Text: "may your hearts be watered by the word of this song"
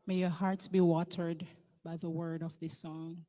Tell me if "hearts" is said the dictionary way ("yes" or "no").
yes